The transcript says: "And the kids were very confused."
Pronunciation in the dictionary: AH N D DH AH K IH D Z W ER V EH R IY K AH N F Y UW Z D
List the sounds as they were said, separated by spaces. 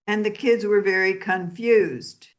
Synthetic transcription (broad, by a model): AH N DH AH K IH D Z W ER V EH R IY K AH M F Y UW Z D